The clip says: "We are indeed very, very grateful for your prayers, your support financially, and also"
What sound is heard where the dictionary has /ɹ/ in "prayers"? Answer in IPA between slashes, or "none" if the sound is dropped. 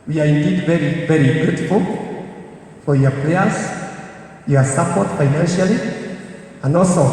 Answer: /l/